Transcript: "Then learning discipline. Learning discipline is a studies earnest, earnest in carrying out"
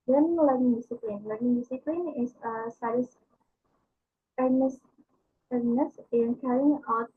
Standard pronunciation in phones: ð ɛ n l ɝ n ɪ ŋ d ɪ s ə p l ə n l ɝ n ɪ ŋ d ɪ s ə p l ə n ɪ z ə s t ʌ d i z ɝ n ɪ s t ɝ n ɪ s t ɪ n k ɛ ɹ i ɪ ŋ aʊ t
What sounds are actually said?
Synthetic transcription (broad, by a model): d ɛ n l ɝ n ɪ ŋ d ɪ s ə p l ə n l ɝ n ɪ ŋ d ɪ s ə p l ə n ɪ s ə s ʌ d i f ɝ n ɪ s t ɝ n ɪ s ɪ n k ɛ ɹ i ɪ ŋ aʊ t